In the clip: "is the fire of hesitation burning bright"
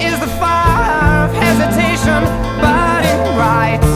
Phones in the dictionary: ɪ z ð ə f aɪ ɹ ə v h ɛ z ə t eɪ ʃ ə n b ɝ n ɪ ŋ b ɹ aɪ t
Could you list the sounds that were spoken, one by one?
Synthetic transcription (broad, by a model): ɪ z ð ə f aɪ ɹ ə v h ɛ z ə t eɪ ʃ ə n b ɝ ɪ ɹ aɪ t